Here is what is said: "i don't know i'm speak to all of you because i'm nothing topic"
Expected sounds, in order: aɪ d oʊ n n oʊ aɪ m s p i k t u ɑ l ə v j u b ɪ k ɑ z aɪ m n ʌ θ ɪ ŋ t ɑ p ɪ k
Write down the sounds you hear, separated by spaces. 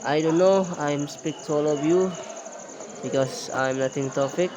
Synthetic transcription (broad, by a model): aɪ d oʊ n n oʊ aɪ m s p i k t u ɑ l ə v j u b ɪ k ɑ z aɪ m n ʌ t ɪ ŋ t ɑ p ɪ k